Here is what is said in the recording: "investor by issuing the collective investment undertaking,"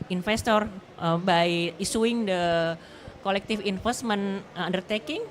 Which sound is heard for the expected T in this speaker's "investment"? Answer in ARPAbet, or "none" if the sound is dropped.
none